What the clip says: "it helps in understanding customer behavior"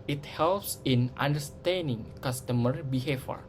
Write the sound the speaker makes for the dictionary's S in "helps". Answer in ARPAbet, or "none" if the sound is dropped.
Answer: S